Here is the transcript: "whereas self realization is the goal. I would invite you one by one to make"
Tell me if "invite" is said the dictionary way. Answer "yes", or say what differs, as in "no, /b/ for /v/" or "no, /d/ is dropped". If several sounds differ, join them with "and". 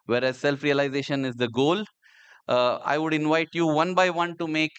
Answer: yes